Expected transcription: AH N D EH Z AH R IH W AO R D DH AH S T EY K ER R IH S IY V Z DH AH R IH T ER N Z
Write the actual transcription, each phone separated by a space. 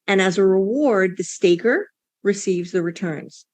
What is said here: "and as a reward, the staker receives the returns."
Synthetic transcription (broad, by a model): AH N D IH Z AH R IH W AO R D DH AH S T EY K ER R IH S IY V Z DH AH R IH T ER N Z